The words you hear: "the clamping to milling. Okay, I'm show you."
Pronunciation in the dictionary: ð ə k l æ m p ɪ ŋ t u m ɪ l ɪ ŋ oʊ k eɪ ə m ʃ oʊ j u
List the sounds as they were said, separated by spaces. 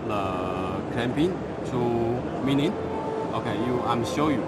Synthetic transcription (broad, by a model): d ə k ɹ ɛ m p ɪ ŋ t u m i n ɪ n oʊ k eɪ ə m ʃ oʊ j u